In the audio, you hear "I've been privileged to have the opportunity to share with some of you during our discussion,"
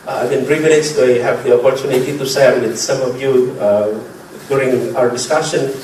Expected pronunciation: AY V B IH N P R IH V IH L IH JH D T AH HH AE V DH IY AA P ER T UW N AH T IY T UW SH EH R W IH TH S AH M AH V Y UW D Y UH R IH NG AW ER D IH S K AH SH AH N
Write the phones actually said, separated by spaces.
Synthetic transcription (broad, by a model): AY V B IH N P R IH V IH N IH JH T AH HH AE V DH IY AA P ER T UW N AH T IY T UW S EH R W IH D S AH M AH V Y UW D Y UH R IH NG AW ER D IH S K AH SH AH N